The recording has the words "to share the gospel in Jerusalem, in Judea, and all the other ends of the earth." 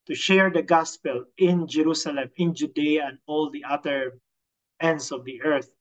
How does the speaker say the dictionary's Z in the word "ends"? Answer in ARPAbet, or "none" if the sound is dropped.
S